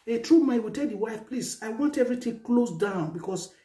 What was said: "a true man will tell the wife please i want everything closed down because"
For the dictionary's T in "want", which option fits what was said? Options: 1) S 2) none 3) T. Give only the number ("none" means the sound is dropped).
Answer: 3